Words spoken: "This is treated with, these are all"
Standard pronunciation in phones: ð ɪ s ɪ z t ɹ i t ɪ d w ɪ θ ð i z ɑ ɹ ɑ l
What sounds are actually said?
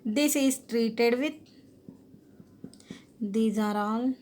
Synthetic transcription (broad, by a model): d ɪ s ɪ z t ɹ i t ɪ d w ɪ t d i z ɑ ɹ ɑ l